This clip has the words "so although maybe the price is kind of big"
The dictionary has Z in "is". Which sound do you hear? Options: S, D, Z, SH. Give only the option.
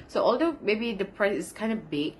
S